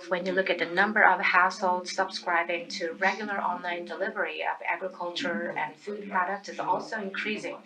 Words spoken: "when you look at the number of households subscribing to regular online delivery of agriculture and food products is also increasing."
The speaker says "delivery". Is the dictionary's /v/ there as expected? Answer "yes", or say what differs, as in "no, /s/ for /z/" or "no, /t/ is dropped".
yes